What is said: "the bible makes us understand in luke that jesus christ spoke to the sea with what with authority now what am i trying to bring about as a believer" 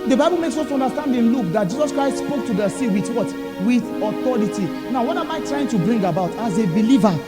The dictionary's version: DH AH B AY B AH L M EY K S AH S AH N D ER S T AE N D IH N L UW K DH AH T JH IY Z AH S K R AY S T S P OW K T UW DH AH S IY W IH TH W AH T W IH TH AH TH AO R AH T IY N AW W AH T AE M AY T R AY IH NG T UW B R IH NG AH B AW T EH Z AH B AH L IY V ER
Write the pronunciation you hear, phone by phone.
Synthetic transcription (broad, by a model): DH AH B AY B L M EY K S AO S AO N D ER S T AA N D IH N L UW K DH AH T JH IY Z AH S K R AY S T S P OW K T UW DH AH S IY W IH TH W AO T W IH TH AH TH AO R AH T IY N AW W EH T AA M AY T R AY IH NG T UW B R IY NG AH B AW T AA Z AH B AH L IY V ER